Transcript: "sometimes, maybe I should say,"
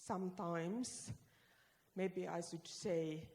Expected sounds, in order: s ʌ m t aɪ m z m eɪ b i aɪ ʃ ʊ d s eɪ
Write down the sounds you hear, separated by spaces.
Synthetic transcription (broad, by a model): s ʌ m t aɪ m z m eɪ b i aɪ s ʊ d s eɪ